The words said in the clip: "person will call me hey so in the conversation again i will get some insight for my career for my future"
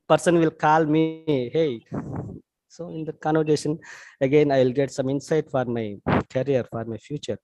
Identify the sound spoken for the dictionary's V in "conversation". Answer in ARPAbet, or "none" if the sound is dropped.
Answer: none